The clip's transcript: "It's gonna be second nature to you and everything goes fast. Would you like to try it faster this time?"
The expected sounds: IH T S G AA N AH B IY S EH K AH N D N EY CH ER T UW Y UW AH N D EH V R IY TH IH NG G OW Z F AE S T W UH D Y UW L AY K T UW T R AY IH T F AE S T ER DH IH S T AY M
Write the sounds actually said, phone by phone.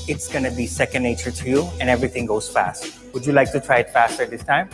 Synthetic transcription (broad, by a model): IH T S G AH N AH B IY S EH K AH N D N EY CH ER T UW Y UW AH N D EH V R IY T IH NG G OW Z F AE S T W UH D Y UW L AY K T UW T R AY IH T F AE S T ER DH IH S T AY M